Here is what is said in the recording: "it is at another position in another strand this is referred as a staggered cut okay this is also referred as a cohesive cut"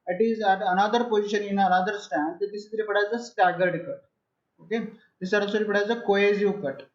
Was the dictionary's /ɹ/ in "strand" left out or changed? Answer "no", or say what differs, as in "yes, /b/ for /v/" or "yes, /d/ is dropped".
yes, /ɹ/ is dropped